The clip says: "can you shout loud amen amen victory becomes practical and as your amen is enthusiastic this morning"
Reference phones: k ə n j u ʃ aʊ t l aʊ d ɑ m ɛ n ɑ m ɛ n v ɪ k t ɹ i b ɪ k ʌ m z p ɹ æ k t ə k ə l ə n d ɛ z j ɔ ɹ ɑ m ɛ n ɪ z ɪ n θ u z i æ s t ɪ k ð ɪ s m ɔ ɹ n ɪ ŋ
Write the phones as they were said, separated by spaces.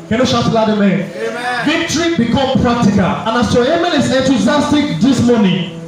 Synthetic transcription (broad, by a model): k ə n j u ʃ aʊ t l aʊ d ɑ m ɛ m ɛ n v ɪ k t ɹ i b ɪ k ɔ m p ɹ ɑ k t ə k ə l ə n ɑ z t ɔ ɑ m ɛ n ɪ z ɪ n t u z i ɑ s t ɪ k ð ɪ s m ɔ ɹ n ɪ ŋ